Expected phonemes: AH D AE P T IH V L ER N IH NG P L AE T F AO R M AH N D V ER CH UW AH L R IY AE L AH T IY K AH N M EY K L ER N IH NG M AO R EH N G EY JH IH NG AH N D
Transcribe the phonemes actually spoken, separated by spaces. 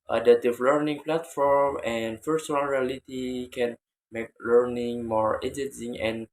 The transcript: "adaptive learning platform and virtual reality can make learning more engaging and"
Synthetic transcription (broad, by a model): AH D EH T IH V L ER N IH NG P L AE T F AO R M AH N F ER S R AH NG R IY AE L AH T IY K AH N M EY K L ER N IH NG M AO R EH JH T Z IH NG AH N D